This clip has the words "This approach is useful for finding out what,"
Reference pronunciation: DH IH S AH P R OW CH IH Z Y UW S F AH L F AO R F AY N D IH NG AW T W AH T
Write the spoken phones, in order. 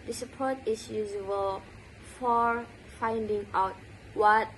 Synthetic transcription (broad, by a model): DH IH S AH P OW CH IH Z Y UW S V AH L F AO R F AY N D IH NG AW T W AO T